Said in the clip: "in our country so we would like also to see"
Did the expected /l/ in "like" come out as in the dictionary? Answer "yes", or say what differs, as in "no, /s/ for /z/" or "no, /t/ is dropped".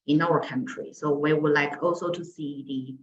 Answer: yes